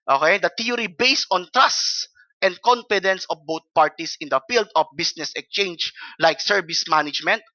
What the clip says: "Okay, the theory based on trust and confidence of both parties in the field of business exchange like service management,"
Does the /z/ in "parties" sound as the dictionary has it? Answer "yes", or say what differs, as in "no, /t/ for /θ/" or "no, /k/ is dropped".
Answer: no, /s/ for /z/